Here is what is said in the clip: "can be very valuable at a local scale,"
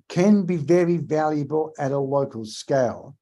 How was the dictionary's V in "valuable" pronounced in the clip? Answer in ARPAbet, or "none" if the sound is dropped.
V